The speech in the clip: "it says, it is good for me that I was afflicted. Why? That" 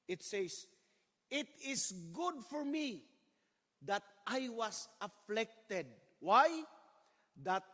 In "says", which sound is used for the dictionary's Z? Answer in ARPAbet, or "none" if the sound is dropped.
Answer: S